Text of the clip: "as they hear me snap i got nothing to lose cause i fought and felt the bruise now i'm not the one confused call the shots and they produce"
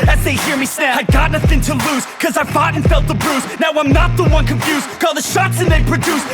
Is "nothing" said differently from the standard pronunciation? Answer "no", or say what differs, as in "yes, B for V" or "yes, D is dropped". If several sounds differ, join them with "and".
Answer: no